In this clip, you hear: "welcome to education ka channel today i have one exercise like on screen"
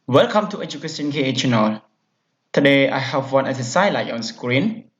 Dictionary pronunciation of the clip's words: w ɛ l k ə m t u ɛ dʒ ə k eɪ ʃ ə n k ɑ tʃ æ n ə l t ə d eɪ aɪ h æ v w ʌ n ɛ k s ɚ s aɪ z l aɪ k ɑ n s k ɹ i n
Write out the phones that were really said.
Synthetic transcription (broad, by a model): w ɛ l k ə m t u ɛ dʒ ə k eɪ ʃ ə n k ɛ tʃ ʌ n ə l t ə d eɪ aɪ h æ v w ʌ n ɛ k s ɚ s aɪ l aɪ ɑ n s k ɹ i n